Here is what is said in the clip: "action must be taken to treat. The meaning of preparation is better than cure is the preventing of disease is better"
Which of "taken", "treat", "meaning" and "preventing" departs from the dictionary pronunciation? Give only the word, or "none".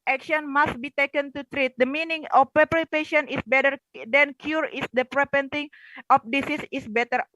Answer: preventing